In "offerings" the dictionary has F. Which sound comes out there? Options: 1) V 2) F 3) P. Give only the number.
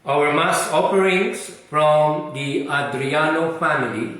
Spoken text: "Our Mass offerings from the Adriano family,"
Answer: 3